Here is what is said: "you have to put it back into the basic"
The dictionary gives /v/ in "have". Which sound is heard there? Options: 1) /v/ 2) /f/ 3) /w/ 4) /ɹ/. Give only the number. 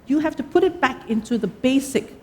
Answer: 2